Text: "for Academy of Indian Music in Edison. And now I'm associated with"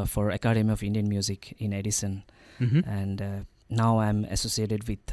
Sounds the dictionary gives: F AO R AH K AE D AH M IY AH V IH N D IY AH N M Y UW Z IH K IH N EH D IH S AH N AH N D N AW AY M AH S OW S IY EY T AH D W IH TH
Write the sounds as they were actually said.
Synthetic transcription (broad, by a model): F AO R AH K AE D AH M IY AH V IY N D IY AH N M Y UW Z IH K IH N EH D IH S AH N AH N D N AW AY M AH S OW S IY EY T AH D W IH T